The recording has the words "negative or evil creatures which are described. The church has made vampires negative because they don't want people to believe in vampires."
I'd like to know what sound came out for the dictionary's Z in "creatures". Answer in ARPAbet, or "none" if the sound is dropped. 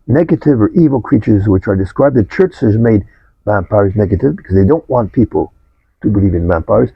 Z